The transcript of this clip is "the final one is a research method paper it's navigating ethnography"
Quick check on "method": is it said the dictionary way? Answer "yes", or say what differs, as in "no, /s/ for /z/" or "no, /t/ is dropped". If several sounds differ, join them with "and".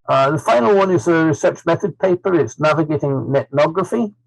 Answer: yes